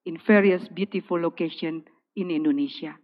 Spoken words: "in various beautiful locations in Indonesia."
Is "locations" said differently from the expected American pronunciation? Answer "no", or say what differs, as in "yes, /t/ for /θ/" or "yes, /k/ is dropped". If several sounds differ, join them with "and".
yes, /z/ is dropped